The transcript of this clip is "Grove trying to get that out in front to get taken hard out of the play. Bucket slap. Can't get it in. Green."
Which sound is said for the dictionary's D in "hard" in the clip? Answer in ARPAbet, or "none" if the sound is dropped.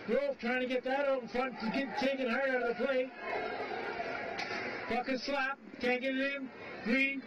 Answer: none